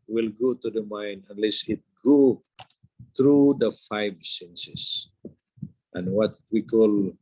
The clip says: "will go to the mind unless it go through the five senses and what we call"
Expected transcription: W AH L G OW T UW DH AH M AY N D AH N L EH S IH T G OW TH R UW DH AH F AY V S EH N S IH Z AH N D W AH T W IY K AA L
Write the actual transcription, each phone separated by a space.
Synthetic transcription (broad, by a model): W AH L G OW T UW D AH M AY N AH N L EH S IH T G OW T R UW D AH F AY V S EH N S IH S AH N W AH T W IY K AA L